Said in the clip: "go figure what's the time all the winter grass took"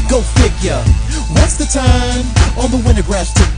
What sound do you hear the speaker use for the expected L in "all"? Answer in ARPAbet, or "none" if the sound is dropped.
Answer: N